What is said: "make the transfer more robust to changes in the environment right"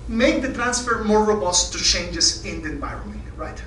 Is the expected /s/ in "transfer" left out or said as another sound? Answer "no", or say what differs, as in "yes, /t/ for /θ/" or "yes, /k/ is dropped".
no